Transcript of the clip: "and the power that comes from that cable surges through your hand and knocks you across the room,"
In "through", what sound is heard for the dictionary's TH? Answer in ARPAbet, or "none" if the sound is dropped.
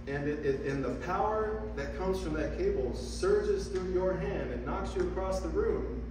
TH